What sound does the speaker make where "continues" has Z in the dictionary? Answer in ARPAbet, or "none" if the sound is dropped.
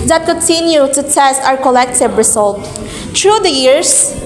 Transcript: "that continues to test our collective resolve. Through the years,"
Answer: none